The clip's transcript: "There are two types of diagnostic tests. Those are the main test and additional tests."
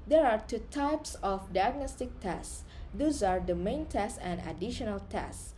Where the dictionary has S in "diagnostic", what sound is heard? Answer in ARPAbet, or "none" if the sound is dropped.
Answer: S